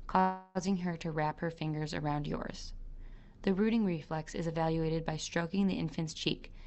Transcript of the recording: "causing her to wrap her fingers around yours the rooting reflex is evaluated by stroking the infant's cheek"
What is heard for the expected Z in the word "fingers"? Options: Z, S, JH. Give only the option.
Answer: Z